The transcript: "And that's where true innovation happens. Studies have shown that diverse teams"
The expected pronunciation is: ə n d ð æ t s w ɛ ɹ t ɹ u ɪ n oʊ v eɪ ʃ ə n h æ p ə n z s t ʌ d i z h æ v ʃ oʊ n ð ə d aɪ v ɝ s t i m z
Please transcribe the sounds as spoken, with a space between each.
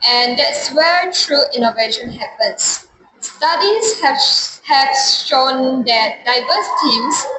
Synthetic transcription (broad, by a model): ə n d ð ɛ t s w ɛ ɹ t ɹ u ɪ n oʊ v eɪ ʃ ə n h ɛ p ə n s s t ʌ d i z h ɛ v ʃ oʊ n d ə d aɪ v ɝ s t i m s